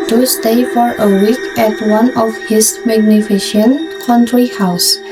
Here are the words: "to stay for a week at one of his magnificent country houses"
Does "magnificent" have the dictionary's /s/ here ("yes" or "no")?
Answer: no